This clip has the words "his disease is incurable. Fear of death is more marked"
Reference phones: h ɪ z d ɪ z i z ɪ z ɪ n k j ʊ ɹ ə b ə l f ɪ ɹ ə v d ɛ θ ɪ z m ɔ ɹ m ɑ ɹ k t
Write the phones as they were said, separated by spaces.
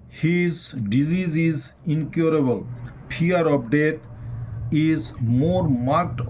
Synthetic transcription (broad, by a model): h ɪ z d ɪ z i z ɪ z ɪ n k j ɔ ɹ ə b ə l p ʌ ɹ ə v d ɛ t ɪ z m ɔ ɹ m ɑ ɹ k t